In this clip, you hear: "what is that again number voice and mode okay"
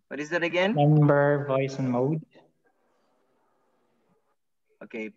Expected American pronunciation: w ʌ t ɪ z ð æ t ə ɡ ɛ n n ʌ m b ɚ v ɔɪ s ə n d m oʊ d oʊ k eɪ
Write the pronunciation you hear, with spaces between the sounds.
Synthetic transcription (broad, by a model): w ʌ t ɪ z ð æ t ə ɡ ɛ n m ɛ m b ɚ v ɔɪ s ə n m oʊ d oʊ k eɪ